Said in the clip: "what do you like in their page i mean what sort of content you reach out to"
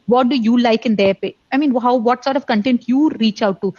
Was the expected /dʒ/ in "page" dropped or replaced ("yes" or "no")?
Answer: yes